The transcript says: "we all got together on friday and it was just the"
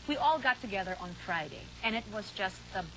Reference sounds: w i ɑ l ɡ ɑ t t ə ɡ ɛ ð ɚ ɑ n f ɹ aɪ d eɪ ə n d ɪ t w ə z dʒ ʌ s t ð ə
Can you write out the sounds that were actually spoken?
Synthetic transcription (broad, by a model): w i ɑ l ɡ ɑ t t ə ɡ ɛ ð ɚ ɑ n f ɹ aɪ d eɪ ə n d ɪ t w ə z dʒ ʌ s t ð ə